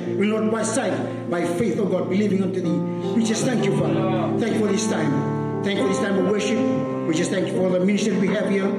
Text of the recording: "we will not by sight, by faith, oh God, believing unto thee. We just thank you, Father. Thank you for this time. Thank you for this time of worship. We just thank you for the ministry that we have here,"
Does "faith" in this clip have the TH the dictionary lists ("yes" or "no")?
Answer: yes